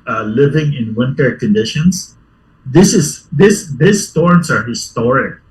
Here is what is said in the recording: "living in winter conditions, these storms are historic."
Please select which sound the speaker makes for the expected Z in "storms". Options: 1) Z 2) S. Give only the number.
2